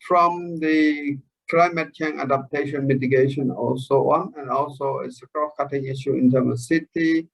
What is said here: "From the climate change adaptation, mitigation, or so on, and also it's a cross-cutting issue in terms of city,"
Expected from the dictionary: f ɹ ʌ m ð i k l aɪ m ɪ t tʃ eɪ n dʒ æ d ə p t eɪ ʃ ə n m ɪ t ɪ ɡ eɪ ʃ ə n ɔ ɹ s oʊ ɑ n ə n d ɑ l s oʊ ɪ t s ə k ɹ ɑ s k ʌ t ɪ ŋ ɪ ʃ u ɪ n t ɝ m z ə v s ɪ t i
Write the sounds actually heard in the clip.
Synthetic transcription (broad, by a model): f ɹ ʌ m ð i k l aɪ m ɪ t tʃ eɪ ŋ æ d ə p t eɪ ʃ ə n m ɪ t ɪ ɡ eɪ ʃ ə n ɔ l s oʊ ɑ n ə n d ɑ l s oʊ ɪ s ə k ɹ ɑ k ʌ t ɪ ŋ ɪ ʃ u ɪ n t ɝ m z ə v s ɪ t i